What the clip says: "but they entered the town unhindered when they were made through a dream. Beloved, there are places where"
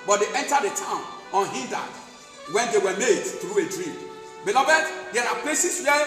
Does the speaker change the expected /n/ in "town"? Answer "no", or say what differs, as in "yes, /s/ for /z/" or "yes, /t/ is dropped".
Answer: no